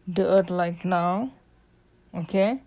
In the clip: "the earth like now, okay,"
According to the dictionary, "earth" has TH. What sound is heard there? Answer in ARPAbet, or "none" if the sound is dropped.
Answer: T